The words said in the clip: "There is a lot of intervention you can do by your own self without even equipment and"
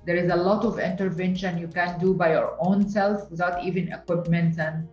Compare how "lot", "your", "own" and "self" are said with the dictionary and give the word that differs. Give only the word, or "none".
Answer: none